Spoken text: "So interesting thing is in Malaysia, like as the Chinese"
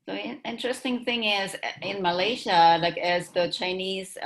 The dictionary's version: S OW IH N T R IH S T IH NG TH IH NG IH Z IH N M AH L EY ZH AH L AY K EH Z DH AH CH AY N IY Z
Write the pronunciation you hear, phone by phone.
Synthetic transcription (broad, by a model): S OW IH N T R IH S T IH NG TH IH NG IH Z IH N M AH L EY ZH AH L AY K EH Z DH AH CH AY N IY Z